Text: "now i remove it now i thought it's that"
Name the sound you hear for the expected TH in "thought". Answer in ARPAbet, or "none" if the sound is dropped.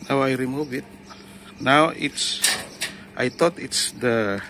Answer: T